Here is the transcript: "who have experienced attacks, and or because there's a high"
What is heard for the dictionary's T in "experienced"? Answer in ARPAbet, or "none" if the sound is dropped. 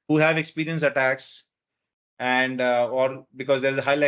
none